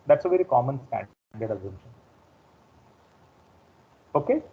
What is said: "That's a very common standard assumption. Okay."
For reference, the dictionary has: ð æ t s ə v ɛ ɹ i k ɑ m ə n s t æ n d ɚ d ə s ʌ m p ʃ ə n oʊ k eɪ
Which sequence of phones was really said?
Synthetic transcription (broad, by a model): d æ t s ə v ɛ ɹ i k ɑ m ə n s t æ n d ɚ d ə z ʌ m ʃ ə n oʊ k eɪ